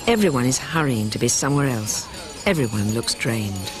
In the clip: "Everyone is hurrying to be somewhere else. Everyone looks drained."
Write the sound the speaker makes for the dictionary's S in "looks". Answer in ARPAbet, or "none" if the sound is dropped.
S